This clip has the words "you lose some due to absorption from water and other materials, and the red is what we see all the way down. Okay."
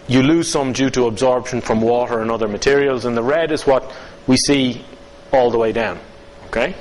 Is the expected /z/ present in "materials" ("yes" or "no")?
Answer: yes